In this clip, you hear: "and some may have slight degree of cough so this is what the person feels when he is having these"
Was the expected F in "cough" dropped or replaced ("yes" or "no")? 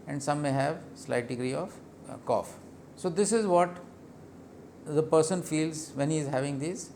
no